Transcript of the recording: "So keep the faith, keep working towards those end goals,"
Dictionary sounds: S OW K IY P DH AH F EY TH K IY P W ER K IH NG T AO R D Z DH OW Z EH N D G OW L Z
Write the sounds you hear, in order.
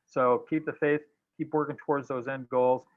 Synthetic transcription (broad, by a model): S OW K IY P DH AH F EY TH K IY P W ER K IH NG T AO R D Z DH OW Z EH N D G OW L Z